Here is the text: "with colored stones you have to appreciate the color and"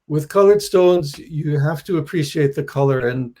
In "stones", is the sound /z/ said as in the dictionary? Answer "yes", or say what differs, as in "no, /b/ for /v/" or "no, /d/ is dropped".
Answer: yes